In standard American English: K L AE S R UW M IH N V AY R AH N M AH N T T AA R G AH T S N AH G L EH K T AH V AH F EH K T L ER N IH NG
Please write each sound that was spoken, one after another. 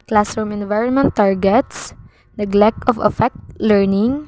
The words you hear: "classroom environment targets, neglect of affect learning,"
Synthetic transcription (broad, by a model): K L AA S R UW M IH N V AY R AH N M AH N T T AA R G AH T S N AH G L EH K AH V AH F EH K T L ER N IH NG